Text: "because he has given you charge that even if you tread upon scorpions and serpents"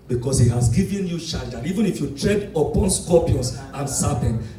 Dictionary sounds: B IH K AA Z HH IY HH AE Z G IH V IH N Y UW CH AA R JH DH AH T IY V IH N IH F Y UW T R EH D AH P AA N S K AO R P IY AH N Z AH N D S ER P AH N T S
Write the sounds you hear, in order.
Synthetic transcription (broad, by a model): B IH K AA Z HH IY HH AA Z G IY V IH N Y UW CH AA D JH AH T IY V IH N IH F Y UW T R EH D AH P AA N S K AO P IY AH N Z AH N S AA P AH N